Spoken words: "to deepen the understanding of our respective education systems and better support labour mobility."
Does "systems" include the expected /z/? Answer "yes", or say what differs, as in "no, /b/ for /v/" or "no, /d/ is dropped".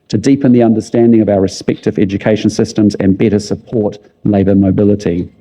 yes